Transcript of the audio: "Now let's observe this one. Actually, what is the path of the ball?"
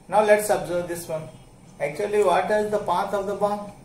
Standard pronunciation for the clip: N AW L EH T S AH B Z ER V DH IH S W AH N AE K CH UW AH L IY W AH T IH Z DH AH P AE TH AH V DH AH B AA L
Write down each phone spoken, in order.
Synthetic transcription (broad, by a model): N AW L EH T S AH B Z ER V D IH S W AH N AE K CH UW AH L IY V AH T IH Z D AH P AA T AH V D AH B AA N